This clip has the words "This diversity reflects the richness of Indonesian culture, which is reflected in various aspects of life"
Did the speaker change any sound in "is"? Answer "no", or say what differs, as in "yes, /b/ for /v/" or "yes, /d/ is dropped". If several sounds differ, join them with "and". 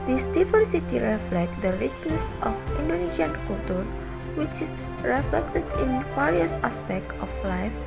yes, /s/ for /z/